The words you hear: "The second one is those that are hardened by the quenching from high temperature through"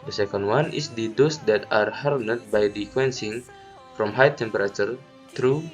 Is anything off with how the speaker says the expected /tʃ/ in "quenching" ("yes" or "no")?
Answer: yes